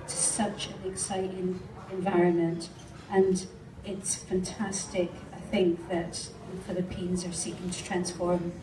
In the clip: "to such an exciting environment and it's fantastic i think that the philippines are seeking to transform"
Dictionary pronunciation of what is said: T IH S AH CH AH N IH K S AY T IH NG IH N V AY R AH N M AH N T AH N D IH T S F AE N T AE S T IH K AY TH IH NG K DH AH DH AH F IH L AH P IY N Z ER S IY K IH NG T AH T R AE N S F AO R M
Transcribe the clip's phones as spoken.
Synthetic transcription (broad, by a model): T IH S AH CH AH N IH K S AY T IH NG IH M V AY R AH N M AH N T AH N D IH T S F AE N T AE S T IH K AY TH IH NG K DH AH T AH F IH L AH P IY N Z ER S IY K IH NG T AH T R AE N S F AO R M